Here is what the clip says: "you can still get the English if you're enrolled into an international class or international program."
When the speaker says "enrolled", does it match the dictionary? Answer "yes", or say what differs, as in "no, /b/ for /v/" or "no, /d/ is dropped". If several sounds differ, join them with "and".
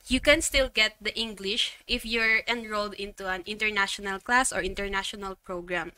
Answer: yes